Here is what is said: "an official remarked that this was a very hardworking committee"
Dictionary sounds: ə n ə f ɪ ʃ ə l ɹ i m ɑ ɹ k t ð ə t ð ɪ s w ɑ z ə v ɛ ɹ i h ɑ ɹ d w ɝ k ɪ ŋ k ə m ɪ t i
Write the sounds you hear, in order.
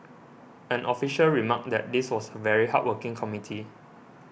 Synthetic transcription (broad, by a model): ə n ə f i ʃ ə l ɹ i m ɑ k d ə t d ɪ s w ɑ s ə v ɛ ɹ i h ɑ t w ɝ k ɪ ŋ k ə m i t i